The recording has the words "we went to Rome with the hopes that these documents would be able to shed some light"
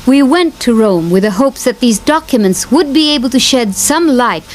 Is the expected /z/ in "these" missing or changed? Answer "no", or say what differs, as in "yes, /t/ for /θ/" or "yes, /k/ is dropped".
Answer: no